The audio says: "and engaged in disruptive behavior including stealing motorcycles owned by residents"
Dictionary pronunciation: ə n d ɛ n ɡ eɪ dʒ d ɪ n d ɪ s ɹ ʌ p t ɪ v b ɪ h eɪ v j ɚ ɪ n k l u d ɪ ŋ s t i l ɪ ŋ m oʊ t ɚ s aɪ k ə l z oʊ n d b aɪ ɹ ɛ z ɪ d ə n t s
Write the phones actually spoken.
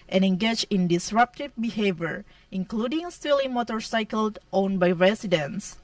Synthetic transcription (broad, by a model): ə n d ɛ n ɡ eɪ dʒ ɪ n d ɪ s ɹ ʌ p t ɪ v b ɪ h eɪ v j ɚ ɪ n k l u d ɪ ŋ s t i l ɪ m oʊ t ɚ s aɪ k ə l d oʊ n b aɪ ɹ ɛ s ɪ d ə n s